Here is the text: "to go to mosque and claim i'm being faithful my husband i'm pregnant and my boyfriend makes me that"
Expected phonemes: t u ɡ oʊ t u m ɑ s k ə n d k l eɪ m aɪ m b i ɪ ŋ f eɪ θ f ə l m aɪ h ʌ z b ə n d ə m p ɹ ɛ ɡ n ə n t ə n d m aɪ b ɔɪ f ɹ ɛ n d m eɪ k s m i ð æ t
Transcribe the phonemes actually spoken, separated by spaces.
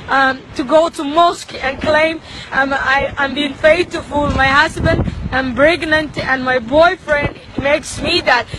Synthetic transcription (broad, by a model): t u ɡ oʊ t u m ɑ s k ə n k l eɪ m aɪ m b i ɪ ŋ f eɪ t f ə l m aɪ h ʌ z b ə n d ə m b ɹ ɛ ɡ n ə n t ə n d m aɪ b ɔɪ f ɹ ɛ n d m eɪ k s m i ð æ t